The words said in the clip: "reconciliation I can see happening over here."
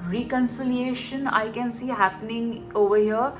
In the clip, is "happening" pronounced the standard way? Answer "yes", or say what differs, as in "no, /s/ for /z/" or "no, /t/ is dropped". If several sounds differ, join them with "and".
yes